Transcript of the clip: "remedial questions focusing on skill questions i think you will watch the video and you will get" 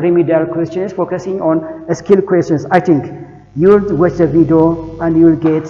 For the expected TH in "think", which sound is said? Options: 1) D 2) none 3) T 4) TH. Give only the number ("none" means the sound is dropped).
3